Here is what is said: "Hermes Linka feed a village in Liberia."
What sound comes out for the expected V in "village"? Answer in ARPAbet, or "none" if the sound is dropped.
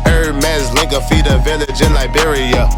V